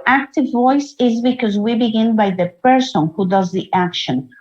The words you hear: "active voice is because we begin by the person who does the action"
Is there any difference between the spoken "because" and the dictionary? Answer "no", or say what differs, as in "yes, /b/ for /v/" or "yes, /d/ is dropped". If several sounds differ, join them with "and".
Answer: no